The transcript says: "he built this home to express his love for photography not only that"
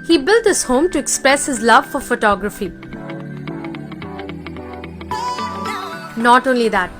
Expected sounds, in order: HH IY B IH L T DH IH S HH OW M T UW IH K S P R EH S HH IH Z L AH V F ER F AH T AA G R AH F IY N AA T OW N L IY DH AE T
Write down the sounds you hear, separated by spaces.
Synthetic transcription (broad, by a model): HH IY B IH L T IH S HH OW M T UW IH K S P R EH S HH IH Z L AH V F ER F AH T AA G R AH F IY N AA T OW N L IY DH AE T